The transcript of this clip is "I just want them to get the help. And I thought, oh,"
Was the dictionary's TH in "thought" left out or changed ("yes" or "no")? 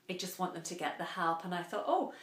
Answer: no